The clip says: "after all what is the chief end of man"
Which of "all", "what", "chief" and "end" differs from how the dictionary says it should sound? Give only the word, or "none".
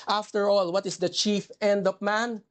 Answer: none